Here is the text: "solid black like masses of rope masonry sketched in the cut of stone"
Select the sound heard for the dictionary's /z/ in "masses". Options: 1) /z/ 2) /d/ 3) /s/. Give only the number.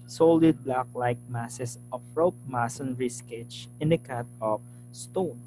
3